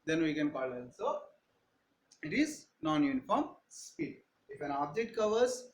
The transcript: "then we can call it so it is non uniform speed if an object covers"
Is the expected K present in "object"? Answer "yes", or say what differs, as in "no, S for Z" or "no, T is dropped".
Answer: no, K is dropped